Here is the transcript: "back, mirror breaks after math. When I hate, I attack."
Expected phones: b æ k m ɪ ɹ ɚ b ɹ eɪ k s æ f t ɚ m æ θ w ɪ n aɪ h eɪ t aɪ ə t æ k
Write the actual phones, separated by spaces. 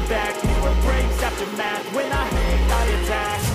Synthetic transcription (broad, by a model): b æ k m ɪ ɚ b ɹ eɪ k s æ p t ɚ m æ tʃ w ɪ n aɪ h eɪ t aɪ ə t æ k